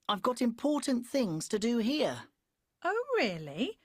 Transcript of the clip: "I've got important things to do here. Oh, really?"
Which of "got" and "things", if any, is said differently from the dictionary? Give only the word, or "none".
none